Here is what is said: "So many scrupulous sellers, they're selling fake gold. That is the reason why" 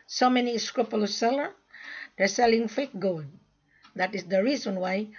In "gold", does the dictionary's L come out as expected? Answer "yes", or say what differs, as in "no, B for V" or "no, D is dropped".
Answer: no, N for L